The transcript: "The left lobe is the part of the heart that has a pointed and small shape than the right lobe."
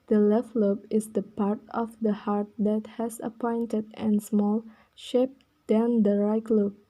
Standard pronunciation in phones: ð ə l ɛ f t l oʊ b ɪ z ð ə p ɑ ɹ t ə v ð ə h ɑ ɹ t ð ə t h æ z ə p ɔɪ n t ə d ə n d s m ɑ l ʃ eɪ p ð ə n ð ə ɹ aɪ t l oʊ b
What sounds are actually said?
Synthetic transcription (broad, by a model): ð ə l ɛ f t l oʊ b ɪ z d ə p ɑ ɹ t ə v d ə h ɑ ɹ t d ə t h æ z ə p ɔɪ n t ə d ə n s m ɑ l ʃ eɪ p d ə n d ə ɹ aɪ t l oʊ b